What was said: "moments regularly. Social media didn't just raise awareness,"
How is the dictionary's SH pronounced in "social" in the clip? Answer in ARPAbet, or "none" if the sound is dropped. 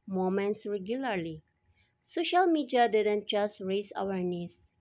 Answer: SH